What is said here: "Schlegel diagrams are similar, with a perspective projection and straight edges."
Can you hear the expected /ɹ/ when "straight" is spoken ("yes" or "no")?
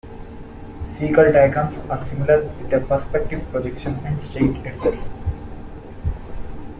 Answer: no